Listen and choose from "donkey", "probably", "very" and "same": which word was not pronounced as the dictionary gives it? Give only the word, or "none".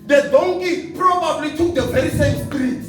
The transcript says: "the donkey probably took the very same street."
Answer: none